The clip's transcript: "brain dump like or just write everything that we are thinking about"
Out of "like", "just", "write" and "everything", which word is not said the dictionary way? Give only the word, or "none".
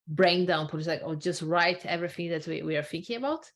none